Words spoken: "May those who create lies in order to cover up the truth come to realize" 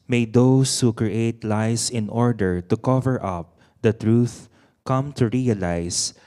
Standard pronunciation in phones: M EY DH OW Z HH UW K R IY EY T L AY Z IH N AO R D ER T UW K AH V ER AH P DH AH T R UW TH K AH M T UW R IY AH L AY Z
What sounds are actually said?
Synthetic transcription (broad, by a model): M EY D OW S HH UW K R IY EY T L AY S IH N AO R D ER T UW K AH V ER AH P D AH T R UW TH K AH M T UW R IY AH L AY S